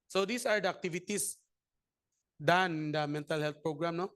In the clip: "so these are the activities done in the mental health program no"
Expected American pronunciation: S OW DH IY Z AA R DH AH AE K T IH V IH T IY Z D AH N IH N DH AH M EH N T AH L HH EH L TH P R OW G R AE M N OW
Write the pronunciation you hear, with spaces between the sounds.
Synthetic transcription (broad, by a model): S OW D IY S AA R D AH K T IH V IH T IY S D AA N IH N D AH M EH N T AH L HH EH L T P R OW G R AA M N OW